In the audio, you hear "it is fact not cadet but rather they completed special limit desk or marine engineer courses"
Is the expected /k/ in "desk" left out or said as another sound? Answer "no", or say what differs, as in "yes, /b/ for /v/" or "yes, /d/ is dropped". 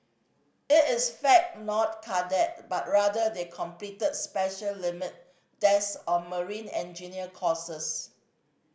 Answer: yes, /k/ is dropped